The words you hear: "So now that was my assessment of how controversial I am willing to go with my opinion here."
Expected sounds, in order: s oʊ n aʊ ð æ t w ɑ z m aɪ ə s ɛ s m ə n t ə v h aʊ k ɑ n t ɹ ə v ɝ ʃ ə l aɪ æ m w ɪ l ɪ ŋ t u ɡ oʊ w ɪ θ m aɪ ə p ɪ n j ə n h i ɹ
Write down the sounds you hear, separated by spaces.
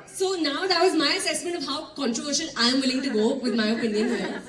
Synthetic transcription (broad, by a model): s oʊ n aʊ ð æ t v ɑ z m aɪ ə s ɛ s m ə n t ə v h aʊ k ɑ n t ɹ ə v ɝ ʃ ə n aɪ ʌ m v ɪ l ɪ ŋ t u ɡ oʊ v ɪ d m aɪ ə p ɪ n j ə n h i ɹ